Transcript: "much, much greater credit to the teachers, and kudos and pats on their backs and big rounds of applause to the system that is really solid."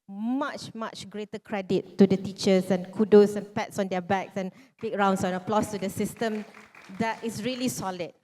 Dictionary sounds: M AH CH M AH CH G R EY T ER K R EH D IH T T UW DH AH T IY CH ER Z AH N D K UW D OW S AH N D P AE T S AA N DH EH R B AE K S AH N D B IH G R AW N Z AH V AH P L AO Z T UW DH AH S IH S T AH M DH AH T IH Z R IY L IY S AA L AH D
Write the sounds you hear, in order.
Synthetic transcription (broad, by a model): M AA CH M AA CH G R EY T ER K R EH D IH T T UW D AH T IY CH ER S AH N K UW D OW S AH N P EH T S AA N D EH B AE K S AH N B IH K R AW N S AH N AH P L AO S T UW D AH S IH S T AH M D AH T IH S R IY L IY S AA L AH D